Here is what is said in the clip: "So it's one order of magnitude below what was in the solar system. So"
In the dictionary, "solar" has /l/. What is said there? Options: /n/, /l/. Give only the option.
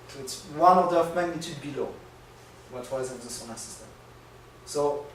/n/